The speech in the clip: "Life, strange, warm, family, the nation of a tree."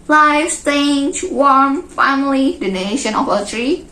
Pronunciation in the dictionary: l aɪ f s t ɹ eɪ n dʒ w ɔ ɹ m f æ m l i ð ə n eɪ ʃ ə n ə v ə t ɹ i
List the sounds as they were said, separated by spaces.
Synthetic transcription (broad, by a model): l aɪ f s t eɪ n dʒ w ɔ ɹ m f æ m l i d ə n eɪ ʃ ə n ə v ə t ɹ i